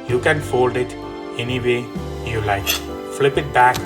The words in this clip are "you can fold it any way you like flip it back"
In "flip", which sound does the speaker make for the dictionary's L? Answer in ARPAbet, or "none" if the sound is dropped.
L